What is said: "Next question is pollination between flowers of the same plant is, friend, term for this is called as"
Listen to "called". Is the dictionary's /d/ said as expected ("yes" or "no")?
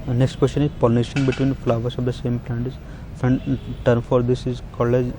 no